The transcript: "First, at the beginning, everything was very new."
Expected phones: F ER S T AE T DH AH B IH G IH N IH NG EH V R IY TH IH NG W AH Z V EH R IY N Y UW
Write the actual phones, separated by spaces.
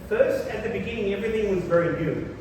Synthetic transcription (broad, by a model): F ER S T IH T DH AH B IH G IH N IH NG EH V R IY TH IH NG W AH Z V EH R IY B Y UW